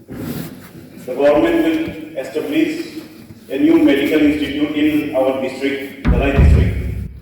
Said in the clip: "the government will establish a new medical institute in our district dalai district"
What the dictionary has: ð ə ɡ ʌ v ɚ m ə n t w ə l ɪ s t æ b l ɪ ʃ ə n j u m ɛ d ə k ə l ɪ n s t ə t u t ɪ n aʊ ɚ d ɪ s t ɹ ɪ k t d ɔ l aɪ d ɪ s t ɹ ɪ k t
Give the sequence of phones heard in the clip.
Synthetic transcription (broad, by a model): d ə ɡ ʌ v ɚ m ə n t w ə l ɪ s t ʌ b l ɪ s ə n j u m ɛ d ə k ə l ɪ n s t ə t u t ɪ n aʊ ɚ d ɪ s t ɹ ɪ k t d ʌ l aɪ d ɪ s t ɹ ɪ k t